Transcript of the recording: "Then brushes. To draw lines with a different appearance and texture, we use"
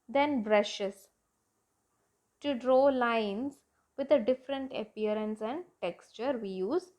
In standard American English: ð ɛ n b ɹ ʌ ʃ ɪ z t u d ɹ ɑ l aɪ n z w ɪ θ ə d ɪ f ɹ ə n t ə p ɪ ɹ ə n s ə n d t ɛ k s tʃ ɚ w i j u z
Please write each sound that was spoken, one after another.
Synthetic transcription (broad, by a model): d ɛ n b ɹ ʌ ʃ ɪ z t u d ɹ ɑ l aɪ n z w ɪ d ə d ɪ f ɹ ə n t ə p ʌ ɹ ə n s ə n d t ɛ k s tʃ ɚ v i j u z